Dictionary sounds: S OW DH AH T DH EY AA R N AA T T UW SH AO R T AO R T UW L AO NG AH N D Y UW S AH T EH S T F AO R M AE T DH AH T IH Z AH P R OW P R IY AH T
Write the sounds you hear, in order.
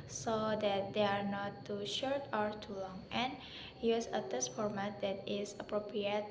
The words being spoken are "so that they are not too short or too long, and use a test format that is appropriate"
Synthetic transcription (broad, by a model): S OW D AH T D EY AA R N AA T T UW SH AO R T AO R T UW L AO NG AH N Y UW S AH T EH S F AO R M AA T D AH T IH S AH P R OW P R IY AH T